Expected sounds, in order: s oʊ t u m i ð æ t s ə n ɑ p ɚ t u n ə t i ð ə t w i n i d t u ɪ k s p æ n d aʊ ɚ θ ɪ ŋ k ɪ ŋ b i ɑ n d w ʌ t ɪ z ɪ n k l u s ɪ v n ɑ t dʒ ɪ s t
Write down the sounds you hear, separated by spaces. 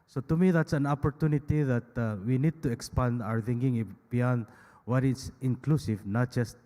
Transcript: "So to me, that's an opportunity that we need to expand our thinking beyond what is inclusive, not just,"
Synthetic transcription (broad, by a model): s oʊ t u m i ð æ t s ə n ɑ p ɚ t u n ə t i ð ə t w i n i d t u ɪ k s p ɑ n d aʊ ɚ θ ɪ ŋ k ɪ ŋ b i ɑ n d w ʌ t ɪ s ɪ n k l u s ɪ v n ɑ t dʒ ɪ s t